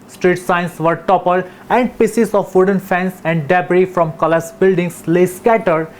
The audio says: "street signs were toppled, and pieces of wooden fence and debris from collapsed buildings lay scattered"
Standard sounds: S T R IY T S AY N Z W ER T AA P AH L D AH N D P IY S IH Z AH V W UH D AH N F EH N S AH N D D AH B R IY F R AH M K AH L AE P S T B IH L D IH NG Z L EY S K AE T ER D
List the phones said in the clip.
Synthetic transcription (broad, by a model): S T R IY T S AY N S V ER T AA P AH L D AH N D P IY S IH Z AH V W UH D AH N F EH N S AH N D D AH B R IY F R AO M K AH L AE S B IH L D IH NG S L EY S K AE T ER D